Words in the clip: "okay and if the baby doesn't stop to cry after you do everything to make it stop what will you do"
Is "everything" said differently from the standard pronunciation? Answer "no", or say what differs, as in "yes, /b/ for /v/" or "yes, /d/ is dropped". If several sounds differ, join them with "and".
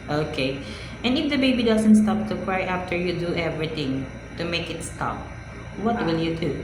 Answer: yes, /t/ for /θ/